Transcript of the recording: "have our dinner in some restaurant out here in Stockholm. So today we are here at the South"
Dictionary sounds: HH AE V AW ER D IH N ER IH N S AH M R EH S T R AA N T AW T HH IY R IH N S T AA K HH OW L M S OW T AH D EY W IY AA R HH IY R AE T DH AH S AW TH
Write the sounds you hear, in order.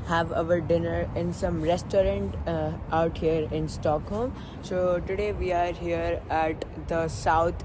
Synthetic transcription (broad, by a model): HH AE V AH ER D IH N ER IH N S AH M R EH S T R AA N T AW T HH IY R IH N S T AA K HH OW L M S OW T AH D EY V IY AA R HH IY R AE T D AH S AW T